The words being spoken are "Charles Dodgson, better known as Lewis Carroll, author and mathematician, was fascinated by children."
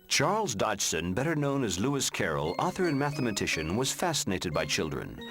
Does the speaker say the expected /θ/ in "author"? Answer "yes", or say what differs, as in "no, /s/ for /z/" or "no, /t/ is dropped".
yes